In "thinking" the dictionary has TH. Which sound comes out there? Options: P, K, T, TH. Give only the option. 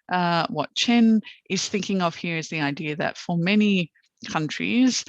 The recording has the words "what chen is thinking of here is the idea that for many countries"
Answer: TH